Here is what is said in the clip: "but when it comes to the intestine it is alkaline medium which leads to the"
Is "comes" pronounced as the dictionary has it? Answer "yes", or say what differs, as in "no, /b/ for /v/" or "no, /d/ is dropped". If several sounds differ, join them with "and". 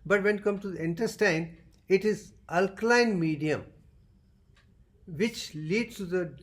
no, /z/ is dropped